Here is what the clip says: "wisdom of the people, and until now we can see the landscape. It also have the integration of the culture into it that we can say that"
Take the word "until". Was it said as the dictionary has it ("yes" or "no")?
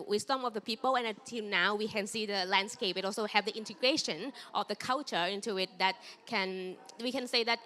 no